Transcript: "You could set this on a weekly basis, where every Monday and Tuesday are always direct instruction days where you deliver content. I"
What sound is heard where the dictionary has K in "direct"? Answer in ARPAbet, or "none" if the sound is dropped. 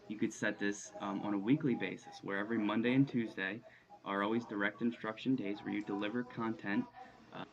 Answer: K